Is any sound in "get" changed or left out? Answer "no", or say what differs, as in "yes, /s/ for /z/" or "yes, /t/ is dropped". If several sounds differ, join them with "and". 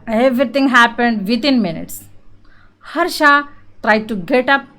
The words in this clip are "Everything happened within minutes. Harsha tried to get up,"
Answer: no